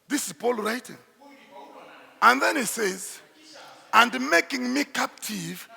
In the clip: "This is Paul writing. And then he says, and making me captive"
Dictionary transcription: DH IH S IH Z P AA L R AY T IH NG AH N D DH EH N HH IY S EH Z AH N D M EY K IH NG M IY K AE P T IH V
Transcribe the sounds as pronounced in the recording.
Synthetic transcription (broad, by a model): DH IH S IH Z P AA L R AY T IH NG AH N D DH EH N HH IY S EH Z AH N D M EY K IH NG M IY K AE P T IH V